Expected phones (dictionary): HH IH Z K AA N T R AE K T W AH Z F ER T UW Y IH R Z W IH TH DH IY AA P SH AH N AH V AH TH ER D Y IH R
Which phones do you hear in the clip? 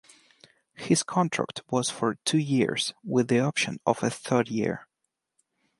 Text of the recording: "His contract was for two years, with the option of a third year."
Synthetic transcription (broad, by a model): HH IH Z K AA N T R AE K T W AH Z F ER T UW Y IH R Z W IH DH IY AA P SH AH N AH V AH TH ER D Y IH R